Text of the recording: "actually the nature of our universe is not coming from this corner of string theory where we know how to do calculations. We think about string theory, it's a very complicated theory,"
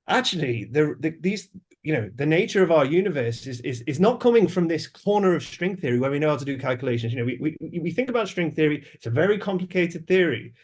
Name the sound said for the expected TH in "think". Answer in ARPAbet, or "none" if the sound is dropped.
TH